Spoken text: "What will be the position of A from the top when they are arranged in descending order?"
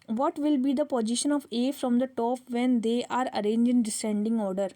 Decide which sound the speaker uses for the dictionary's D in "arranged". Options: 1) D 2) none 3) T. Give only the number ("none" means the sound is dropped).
2